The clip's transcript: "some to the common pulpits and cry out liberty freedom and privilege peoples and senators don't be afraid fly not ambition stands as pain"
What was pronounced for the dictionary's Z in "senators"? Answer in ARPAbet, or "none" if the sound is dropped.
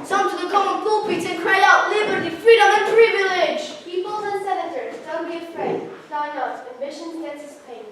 Z